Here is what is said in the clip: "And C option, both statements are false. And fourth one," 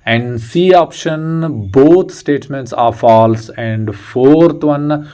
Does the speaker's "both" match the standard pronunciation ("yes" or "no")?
no